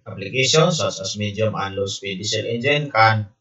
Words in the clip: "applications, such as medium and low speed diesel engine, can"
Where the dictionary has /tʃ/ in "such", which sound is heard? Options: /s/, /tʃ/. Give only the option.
/s/